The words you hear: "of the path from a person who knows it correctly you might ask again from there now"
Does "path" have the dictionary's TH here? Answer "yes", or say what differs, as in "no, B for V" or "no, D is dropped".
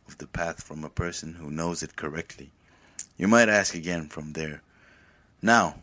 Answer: yes